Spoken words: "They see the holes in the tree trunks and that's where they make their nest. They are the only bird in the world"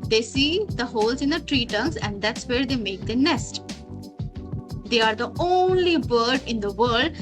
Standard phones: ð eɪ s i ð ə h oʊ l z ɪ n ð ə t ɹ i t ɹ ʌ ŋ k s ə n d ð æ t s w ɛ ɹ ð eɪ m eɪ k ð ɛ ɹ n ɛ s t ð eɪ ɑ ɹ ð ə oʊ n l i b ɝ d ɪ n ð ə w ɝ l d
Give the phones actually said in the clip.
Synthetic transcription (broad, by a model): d eɪ s i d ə h oʊ l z ɪ n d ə t ɹ i t ʌ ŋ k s ə n d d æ t s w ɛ ɹ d eɪ m eɪ k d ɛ n ɛ s t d eɪ ɑ ɹ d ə oʊ n l i b ɝ d ɪ n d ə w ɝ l d